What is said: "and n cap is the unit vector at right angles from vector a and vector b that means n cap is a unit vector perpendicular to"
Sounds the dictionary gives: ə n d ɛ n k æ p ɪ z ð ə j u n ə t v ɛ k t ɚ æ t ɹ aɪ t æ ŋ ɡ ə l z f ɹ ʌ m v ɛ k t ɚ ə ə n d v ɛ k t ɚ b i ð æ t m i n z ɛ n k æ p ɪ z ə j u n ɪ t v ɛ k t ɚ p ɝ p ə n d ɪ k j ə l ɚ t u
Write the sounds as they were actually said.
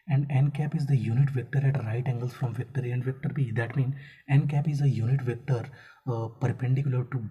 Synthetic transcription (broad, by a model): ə n d ɛ n k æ p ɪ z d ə j u n ə t v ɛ k t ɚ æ t ɹ aɪ t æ ŋ ɡ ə l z f ɹ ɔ m v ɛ k t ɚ ə ə n d v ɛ k t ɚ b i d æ t m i n ɛ n k æ p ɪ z ə j u n ɪ t v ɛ k t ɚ p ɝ p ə n d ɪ k j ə l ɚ t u